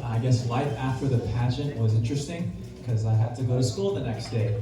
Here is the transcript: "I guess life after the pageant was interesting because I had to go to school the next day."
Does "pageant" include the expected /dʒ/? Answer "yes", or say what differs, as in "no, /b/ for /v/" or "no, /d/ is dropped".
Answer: no, /ʃ/ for /dʒ/